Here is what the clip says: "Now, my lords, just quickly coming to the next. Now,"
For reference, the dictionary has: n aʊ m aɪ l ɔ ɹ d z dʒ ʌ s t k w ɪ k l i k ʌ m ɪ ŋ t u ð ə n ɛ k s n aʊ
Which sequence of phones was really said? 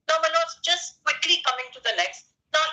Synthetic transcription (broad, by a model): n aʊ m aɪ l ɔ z dʒ ʌ s t k w ɪ k l i k ʌ m ɪ ŋ t u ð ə l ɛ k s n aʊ